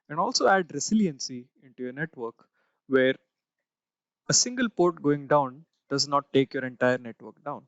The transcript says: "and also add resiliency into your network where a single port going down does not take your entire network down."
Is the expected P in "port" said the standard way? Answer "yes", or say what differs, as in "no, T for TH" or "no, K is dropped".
yes